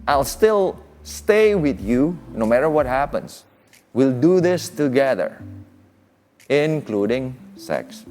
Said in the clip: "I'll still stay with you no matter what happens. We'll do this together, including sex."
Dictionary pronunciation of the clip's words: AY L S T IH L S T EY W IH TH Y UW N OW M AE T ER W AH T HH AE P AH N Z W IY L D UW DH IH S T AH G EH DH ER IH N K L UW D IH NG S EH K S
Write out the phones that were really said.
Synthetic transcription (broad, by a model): AY L S T IH L S T EY W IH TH Y UW N OW M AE T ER W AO T HH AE P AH N S W IY L D UW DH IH S T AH G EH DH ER IH N K L UW D IH NG S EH K S